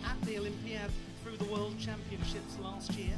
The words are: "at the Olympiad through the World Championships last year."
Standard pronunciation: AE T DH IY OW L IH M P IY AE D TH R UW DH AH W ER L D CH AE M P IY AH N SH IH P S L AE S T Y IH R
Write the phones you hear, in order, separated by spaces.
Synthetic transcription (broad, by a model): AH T DH IY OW L IH M P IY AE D TH R UW DH AH W ER L D CH AE M P IY AH N SH IH P S L AE S T Y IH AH